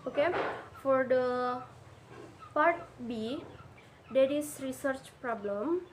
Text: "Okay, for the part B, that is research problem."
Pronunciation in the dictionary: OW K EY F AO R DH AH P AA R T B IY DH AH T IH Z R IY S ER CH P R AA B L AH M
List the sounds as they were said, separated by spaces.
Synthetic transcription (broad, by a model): OW K EY F AO R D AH P AA R T B IY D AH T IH S R IY S ER CH P R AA B L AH M